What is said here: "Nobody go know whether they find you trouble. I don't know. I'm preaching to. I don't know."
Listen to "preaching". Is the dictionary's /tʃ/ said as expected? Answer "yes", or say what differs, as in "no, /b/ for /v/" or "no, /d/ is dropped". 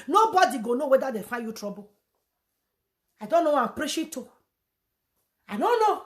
no, /ʃ/ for /tʃ/